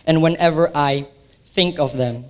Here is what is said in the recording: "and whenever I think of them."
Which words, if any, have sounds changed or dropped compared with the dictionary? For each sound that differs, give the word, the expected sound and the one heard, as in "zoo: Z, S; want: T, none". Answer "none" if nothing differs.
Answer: none